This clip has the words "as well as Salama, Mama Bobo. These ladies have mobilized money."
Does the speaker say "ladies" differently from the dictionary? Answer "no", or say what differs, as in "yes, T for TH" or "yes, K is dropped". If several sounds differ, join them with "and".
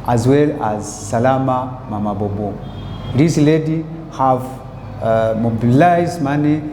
yes, Z is dropped